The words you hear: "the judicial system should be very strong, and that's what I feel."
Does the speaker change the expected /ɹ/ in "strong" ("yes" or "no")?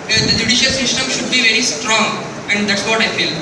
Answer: no